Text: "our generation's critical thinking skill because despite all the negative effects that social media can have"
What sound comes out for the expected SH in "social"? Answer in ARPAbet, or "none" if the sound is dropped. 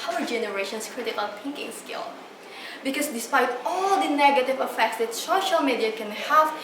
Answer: SH